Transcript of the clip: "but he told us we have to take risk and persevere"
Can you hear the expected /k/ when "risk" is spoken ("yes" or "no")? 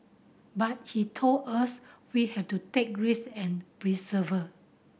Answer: no